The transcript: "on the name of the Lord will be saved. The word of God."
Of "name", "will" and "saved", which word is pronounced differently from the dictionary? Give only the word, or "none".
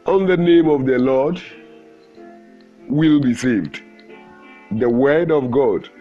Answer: none